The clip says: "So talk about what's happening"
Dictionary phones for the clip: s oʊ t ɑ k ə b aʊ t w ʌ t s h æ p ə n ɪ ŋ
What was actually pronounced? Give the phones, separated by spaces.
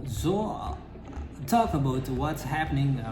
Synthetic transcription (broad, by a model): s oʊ t ɑ k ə b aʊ t w ʌ t s h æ p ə n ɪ ŋ